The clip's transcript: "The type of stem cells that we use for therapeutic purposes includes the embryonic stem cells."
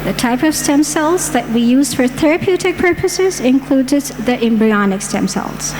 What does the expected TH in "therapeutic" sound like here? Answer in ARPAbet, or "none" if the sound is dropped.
TH